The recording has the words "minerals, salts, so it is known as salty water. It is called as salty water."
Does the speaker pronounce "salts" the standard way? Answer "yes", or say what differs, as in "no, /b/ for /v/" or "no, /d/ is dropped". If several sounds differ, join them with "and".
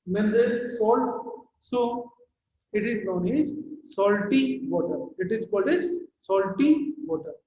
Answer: yes